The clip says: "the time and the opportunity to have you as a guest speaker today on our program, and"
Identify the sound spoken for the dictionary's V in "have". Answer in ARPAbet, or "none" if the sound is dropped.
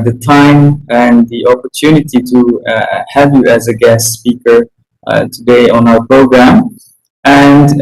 V